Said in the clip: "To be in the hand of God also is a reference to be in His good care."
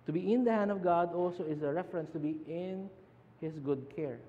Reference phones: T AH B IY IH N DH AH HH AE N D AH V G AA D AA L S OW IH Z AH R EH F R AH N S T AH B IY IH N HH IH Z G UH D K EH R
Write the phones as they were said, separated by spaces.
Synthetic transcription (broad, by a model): T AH B IY IH N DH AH HH AE N D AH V G AA D AA L S OW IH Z AH R EH F R AH N S T AH B IY IH N HH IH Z G UH D K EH R